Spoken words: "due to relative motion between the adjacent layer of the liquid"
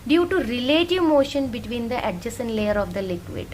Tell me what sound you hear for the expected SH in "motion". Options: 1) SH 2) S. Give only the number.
1